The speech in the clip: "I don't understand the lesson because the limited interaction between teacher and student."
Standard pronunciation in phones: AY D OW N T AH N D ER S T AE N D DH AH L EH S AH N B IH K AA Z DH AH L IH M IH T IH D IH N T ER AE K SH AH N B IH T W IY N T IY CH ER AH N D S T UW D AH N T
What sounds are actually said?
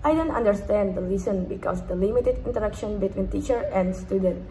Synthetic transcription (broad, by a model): AY D OW N T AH N D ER S T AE N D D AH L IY S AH N B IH K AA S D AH L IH M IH T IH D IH N T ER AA K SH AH N B IH T W IY N T IY CH ER AH N D S T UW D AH N T